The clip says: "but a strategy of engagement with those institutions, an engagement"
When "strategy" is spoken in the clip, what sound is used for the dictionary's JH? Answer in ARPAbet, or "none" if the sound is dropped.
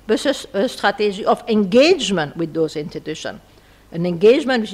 ZH